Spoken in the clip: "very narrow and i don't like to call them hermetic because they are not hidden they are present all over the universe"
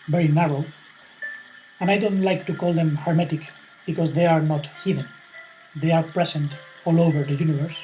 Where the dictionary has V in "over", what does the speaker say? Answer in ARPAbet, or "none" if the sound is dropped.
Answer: V